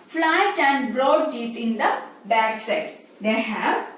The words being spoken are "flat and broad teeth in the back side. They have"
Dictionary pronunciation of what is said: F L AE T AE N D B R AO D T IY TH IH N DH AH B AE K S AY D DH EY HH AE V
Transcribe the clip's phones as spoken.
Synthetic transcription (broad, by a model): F L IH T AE N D B R AO D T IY T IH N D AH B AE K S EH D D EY HH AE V